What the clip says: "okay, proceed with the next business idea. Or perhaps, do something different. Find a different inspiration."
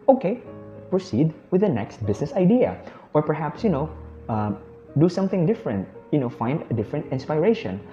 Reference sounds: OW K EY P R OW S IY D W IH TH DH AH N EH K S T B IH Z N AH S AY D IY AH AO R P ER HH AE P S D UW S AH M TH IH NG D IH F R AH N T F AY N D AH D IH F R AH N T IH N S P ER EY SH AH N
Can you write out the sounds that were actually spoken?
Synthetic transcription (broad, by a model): OW K EY P R OW S IY D W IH DH AH N EH K S T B IH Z N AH S AY D IY AH AO R P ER HH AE P S D UW S AH M TH IH NG D IH F R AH N T F AY N D AH D IH F R AH N T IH N S P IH EY SH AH N